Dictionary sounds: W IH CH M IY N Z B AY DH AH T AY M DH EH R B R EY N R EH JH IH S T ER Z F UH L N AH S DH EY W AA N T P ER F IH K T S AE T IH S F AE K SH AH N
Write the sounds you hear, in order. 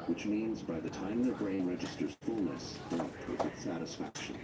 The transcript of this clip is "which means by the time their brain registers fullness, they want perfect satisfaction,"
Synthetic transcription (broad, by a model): W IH CH M IY N Z B AY DH AH T AY M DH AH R B R EY N R EH JH IH S T ER Z F UH L N AH S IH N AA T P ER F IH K T S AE T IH S F AE K SH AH N